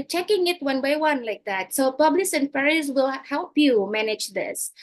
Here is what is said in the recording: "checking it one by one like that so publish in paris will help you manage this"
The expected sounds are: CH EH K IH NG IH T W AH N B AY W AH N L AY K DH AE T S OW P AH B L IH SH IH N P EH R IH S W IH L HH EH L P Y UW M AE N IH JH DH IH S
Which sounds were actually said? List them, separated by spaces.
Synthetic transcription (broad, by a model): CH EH K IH NG IH T W AH N B AY W AH N L AY K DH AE T S OW P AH B L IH S IH N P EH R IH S W IH L HH EH L P Y UW M AE N IH JH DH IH S